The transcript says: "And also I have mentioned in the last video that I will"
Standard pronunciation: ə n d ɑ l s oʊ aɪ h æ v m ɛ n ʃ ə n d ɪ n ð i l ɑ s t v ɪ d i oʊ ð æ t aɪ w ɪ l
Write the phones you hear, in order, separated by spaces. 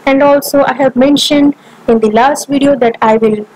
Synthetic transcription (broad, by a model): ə n d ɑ l s oʊ aɪ h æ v m ɛ n ʃ ə n d ɪ n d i l ɑ s t v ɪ d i oʊ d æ t aɪ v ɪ l